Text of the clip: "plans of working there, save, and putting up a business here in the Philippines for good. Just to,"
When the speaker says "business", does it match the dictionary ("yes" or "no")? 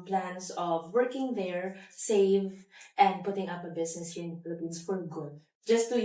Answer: no